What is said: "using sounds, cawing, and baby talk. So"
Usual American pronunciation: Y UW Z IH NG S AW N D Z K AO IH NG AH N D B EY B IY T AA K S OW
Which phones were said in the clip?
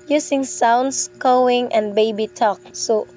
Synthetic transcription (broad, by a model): Y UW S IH NG S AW N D S K AO IH NG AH N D B EY B IY T AA K S OW